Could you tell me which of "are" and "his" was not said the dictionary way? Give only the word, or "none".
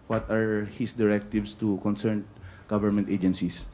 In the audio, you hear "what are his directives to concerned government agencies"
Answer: his